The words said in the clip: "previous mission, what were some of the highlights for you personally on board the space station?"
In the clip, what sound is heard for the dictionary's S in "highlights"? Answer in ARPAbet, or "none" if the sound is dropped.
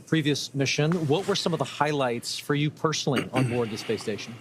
S